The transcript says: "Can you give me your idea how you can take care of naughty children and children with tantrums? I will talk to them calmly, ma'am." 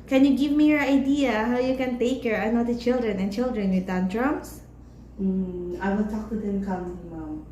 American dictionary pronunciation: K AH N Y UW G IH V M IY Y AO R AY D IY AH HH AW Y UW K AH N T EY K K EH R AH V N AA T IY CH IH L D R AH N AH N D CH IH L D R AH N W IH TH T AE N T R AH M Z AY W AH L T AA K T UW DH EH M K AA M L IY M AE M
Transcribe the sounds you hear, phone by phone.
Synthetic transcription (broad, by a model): K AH N Y UW G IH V M IY Y AO R AY D IY AH HH AW Y UW K AH N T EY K K EH R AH N AA T IY CH IH L D R AH N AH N CH IH L D R AH N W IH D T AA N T R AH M S AY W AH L T AA K T UW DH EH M K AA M IY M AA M